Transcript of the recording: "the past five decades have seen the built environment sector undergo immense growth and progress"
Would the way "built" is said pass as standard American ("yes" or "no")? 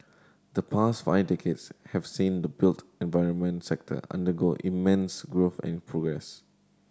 yes